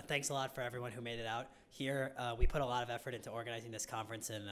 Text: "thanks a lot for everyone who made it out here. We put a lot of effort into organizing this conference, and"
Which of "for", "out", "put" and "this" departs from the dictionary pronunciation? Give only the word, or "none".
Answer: none